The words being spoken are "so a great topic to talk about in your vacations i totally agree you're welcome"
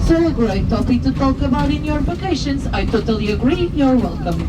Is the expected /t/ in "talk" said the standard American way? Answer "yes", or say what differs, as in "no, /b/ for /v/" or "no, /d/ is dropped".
yes